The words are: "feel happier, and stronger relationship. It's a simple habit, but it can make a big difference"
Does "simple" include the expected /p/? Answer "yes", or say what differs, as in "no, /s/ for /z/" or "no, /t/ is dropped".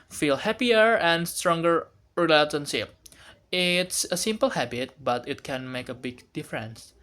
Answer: yes